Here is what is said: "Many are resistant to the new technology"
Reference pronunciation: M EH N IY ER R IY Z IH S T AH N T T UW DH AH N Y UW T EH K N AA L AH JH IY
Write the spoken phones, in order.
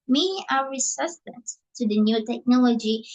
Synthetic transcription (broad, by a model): M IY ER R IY S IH S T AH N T T UW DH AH N Y UW T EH K N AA L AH JH IY